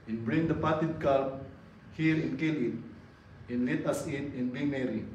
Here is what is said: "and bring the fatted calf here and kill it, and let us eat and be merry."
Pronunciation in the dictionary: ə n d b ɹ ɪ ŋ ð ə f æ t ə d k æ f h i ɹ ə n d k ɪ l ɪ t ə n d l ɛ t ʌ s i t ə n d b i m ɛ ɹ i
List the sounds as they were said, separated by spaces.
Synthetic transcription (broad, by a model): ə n b ɹ ɪ ŋ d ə p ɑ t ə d k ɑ p h i ɹ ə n k ɪ l ɪ t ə n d l ɛ t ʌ s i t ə n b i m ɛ ɹ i